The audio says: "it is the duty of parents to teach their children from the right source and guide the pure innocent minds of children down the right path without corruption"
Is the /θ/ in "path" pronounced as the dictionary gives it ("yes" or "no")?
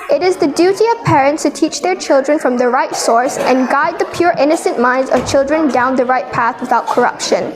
yes